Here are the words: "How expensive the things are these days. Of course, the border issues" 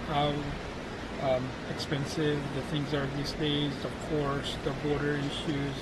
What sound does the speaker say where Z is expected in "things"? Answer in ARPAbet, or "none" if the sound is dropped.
Z